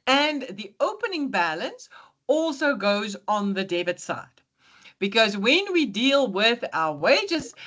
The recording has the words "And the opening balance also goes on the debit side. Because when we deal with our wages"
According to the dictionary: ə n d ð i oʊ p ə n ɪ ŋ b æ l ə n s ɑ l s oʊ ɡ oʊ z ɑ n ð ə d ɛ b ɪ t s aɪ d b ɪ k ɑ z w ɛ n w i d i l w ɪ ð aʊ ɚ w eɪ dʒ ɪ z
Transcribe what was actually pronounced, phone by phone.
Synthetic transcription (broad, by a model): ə n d ð i oʊ p ə n ɪ ŋ b æ l ə n s ɑ l s oʊ ɡ oʊ z n ð ə d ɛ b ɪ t s aɪ d b ɪ k ɑ z w ɛ n w i d i l w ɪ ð aʊ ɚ w eɪ dʒ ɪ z